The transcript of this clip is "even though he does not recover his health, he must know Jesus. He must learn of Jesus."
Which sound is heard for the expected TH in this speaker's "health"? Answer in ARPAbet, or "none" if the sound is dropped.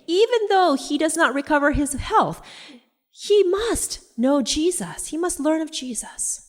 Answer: TH